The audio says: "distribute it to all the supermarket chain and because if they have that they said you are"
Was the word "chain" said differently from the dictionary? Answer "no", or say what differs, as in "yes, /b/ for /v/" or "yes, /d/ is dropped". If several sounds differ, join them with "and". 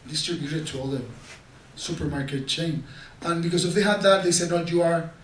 no